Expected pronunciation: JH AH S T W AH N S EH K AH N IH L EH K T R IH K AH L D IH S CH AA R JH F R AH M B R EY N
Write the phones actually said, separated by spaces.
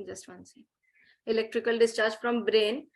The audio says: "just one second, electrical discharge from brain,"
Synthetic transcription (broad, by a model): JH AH S T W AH N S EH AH IH L EH K T R IH K AH L D IH S CH AA R JH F R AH M B R EY N